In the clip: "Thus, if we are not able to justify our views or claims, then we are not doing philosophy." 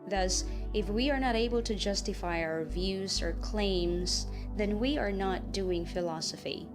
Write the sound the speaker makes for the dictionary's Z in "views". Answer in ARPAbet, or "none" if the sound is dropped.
Z